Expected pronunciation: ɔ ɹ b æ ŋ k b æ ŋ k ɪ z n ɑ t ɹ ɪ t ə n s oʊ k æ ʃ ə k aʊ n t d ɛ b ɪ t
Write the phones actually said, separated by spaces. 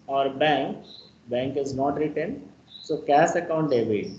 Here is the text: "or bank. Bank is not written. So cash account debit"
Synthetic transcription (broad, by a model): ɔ ɹ b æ ŋ k b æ ŋ k ɪ z n ɑ t ɹ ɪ t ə n s oʊ k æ s ə k aʊ n t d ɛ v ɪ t